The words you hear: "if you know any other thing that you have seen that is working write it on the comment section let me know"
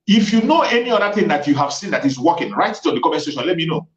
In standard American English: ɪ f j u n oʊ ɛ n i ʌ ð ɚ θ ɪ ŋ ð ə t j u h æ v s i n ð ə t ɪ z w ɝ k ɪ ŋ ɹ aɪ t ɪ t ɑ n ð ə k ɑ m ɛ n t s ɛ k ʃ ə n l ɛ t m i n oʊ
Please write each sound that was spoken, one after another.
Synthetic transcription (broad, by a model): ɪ f j u n oʊ ɛ n i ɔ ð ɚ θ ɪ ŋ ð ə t j u h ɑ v s i n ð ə t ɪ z w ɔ k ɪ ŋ ɹ aɪ t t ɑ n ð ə k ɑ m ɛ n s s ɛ ʃ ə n l ɛ t m i n oʊ